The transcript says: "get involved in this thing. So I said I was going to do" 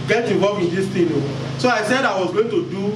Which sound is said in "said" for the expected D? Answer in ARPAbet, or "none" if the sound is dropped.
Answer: D